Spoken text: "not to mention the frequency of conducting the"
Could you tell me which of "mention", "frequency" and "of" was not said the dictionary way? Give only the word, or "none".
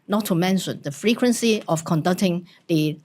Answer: of